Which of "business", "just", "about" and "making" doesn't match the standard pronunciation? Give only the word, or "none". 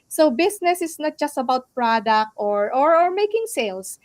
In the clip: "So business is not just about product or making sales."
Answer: business